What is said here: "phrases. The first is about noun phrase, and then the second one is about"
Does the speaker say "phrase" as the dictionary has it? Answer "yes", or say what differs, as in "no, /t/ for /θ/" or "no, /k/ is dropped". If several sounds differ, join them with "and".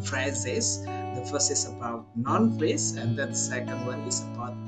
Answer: no, /l/ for /ɹ/